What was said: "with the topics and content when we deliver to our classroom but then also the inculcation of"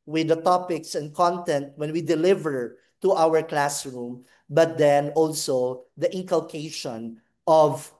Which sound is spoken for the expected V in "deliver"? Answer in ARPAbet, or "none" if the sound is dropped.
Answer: V